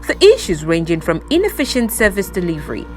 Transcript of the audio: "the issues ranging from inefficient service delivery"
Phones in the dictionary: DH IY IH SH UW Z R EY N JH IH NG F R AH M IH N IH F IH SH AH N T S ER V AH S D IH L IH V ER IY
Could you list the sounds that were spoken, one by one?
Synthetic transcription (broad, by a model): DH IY IH SH UW Z R EY N JH IH NG F R AH M IH N IH F IH SH AH N T S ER V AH S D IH L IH V ER IY